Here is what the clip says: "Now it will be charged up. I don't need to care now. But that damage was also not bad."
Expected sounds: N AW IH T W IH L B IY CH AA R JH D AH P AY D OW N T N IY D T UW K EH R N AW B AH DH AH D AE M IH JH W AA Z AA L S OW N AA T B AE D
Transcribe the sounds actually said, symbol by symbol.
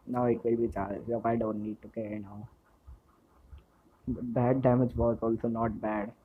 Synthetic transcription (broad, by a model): N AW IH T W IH L B IY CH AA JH AH F AY D OW N T N IY D T UW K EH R N AW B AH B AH D AE M IH JH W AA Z AA L S OW N AA T B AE D